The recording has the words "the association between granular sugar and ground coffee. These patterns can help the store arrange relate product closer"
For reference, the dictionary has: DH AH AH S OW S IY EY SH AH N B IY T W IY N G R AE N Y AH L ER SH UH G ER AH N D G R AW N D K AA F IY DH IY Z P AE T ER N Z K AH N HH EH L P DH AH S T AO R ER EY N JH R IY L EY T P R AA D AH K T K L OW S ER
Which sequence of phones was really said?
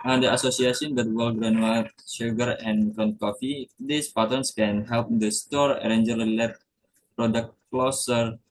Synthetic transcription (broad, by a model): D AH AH S OW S IY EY S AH N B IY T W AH L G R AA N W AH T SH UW G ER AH N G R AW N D K AA F IY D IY S P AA T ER N S K AH N HH EH L P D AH S T AO R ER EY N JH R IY L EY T P R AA D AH K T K L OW S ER